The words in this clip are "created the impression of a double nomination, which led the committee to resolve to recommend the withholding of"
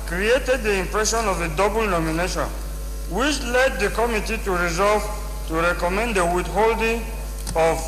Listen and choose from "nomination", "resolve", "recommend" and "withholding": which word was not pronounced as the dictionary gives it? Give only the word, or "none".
withholding